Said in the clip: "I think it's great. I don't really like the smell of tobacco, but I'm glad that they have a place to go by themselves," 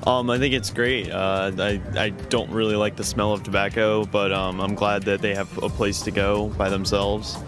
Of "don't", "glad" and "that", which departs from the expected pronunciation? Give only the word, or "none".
none